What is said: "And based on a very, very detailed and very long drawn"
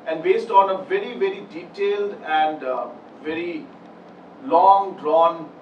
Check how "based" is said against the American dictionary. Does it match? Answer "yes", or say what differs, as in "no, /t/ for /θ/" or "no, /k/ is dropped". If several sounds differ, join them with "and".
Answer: yes